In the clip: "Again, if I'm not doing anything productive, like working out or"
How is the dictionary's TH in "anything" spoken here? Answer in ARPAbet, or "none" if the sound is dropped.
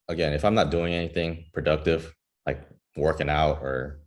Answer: TH